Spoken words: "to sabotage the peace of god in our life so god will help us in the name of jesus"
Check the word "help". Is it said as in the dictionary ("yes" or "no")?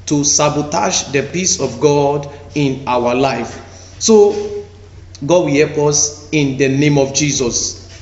yes